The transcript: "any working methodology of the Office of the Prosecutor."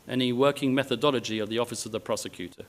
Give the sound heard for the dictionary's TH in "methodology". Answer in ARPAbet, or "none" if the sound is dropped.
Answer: TH